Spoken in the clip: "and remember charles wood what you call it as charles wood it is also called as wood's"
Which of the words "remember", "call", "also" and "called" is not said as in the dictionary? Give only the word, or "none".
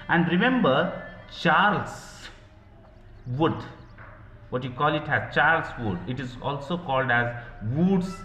none